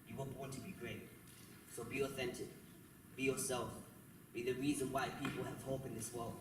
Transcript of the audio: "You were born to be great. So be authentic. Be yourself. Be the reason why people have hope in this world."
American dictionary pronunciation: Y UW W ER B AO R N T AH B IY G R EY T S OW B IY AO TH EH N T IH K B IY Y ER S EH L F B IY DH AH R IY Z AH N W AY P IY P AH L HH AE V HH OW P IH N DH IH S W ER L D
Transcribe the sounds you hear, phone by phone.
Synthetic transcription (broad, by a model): Y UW W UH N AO N T AH B IY G R EY T S OW B IY AO TH EH N T IH K B IY Y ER S EH L F B IY DH AH R IY Z AH N W AY P IY P AH L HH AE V HH OW P IH N DH IH S W ER L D